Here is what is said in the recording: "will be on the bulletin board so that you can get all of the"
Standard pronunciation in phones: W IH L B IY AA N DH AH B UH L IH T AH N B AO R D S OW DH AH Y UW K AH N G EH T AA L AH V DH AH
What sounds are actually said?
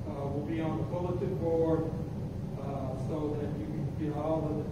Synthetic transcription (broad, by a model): W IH L B IY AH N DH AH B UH L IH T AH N B AO R D S OW DH AH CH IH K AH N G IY AA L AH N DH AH